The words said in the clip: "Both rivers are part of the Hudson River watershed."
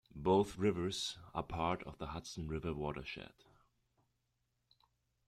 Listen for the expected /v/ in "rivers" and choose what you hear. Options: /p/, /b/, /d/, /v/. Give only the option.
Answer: /v/